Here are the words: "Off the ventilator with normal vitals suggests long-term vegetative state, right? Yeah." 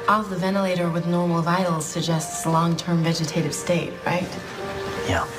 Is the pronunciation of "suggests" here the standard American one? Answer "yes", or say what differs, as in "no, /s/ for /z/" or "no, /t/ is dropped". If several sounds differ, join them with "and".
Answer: yes